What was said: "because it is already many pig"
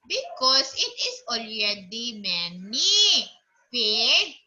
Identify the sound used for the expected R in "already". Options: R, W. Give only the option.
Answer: R